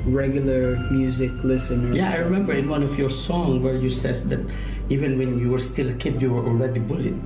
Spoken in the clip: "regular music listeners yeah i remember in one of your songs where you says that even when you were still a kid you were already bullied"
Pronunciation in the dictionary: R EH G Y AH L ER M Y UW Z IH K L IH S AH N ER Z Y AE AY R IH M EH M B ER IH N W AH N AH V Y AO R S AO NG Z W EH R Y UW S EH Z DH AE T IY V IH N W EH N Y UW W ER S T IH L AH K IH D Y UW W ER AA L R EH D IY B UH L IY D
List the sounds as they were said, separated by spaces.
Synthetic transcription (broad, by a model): R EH G Y L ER M Y UW Z IH K L IH S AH N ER Y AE AY R IH M EH M B ER IH N W AH N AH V Y AO R S AO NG W EH R Y UW S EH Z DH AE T IY V IH N W EH N Y UW W ER S T IH L K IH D Y UW W ER AA L R EH D IY B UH L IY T